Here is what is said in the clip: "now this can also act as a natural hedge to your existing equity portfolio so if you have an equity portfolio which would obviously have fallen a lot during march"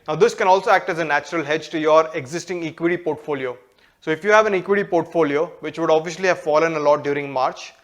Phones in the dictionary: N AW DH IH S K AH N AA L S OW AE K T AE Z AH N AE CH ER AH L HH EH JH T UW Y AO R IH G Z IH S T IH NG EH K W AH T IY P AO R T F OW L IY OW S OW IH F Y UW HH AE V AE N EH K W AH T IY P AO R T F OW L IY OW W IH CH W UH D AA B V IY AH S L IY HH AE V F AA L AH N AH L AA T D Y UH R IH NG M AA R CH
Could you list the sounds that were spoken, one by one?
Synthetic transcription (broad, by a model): N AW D IH S K AH N AA L S OW AE K T AE Z AH N AE CH ER AH L HH EH JH T UW Y AO R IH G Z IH S T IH NG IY K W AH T IY P AO R T F OW L IY OW S OW IH F Y UW HH AE V AE N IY K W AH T IY P AO R T F OW L IY OW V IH CH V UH D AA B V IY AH SH L IY HH AE V F AA L AH N AH L AA T D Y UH R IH NG M AA R CH